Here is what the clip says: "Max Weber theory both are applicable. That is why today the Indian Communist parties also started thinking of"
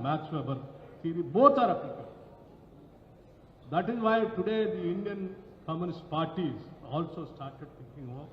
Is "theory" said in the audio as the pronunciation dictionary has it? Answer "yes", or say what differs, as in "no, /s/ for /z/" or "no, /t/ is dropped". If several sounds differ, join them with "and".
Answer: no, /s/ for /θ/